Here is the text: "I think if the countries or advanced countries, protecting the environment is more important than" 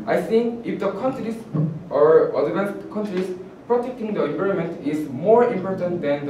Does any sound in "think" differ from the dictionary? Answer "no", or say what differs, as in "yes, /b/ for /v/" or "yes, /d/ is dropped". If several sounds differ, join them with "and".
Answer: yes, /s/ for /θ/ and /k/ is dropped